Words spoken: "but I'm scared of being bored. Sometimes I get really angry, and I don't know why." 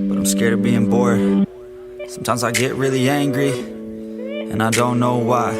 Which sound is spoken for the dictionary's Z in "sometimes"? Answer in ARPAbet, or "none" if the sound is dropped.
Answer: Z